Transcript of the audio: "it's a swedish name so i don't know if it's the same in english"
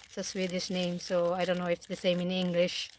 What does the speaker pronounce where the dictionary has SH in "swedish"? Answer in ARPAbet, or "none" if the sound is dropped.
S